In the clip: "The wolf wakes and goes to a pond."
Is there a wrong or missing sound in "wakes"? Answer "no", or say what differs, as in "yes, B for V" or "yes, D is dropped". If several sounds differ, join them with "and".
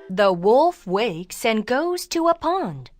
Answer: no